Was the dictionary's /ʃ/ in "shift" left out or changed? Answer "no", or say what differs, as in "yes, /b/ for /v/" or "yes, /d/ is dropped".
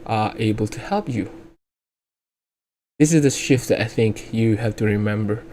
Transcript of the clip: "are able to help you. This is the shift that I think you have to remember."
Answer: no